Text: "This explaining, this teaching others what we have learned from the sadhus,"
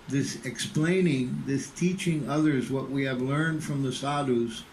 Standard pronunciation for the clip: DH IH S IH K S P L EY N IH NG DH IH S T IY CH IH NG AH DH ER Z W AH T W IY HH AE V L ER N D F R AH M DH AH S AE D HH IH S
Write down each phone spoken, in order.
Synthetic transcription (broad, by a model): DH IH S IH K S P L EY N IH NG DH IH S T IY CH IH NG AH DH ER Z W AH T W IY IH V L ER N D F R AH M DH AH S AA D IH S